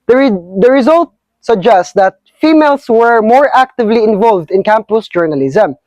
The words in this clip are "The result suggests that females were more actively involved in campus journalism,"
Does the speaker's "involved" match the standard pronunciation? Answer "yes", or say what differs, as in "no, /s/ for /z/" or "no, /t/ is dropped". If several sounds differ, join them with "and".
yes